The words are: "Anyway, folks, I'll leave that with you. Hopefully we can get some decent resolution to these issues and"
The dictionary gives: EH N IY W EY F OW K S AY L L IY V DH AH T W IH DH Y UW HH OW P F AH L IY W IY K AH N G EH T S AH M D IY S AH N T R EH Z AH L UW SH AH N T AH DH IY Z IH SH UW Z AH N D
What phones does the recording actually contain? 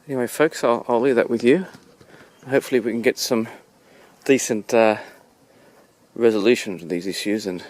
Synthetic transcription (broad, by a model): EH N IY W EY F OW K S AY L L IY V DH AH T W IH DH Y UW HH OW P F L IY W IY K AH N G EH T S AH M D IY S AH N T R EH Z AH L UW SH AH N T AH DH IY Z IH SH UW Z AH N